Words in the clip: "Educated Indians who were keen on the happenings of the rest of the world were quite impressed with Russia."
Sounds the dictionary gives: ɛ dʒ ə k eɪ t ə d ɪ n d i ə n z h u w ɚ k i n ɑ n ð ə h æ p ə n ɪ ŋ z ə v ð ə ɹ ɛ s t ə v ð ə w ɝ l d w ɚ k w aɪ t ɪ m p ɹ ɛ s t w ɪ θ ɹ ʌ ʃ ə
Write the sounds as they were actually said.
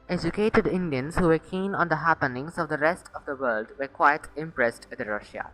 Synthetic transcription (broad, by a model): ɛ dʒ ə k eɪ t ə d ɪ n d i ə n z h u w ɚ k i n ɑ n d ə h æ p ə n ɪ ŋ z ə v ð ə ɹ ɛ s t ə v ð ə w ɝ l d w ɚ k w aɪ t ɪ m p ɹ ɛ s t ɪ ɹ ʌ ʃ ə